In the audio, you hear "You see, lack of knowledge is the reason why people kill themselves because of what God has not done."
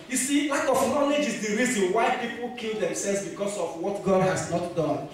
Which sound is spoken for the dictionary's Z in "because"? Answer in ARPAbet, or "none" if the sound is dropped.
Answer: S